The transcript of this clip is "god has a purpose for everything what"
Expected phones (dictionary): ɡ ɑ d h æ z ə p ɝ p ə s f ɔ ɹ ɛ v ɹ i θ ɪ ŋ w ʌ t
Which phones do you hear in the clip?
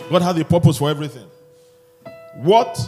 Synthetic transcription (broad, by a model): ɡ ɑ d h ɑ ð ə p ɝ p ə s f ɔ ɹ ɛ v ɹ i θ ɪ ŋ w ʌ t